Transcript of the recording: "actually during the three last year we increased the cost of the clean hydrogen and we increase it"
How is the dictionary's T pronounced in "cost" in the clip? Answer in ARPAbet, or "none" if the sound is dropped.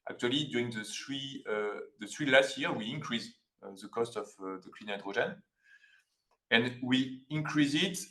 T